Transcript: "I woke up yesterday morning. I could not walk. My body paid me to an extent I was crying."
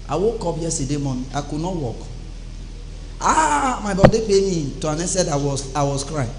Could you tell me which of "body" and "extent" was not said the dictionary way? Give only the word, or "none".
extent